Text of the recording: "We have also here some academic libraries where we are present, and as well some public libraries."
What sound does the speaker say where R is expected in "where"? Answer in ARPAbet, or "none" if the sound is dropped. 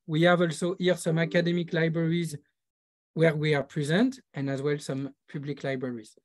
R